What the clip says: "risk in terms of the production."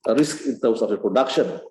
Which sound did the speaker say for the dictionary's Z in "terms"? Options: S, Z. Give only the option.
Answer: S